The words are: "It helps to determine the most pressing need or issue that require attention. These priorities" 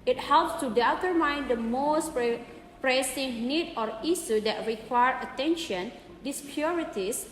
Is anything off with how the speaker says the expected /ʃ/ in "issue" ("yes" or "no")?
yes